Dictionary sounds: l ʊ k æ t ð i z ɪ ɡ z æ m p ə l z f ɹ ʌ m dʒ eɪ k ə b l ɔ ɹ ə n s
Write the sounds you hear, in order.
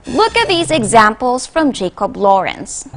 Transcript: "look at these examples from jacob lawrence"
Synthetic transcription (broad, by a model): l ʊ k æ t ð i z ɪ ɡ z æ m p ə l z f ɹ ʌ m dʒ eɪ k ə b l ɔ ɹ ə n s